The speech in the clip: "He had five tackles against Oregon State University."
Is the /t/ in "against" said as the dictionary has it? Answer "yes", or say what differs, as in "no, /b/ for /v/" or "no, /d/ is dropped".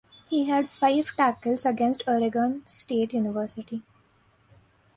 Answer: yes